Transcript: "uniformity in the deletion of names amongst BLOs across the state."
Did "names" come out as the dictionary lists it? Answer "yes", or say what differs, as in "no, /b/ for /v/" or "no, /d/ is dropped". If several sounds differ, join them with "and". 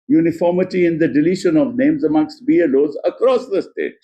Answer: yes